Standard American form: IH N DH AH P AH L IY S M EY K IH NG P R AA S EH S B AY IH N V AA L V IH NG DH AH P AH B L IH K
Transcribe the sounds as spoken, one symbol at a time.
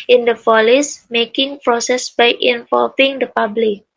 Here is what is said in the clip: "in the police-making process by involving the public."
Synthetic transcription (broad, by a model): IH N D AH F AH L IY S M EY K IH NG P R AA S EH S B AY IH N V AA L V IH NG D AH P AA B L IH K